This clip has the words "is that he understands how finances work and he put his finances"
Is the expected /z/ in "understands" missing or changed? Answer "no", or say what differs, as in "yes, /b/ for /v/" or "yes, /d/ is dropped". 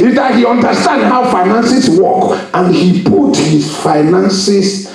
yes, /z/ is dropped